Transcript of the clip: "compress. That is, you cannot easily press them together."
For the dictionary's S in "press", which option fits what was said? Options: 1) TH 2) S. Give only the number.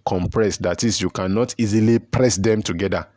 2